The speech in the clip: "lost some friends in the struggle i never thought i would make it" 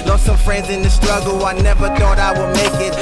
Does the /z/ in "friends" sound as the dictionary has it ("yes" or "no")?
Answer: yes